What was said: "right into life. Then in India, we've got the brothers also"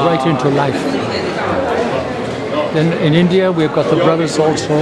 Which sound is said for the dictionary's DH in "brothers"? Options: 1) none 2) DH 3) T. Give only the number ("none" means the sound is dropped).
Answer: 2